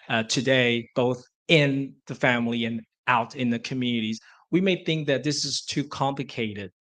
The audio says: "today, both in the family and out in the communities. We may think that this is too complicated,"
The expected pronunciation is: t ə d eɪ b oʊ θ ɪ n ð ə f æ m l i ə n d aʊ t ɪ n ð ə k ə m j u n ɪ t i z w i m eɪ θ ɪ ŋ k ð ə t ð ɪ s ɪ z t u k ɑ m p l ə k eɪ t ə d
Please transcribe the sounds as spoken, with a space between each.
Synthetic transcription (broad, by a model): t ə d eɪ b oʊ θ ɪ n ð ə f æ m l i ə n aʊ t ɪ n ð ə k ə m j u n ɪ t i z w i m eɪ θ ɪ ŋ k ð ə t ð ɪ s ɪ z t u k ɑ m p l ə k eɪ t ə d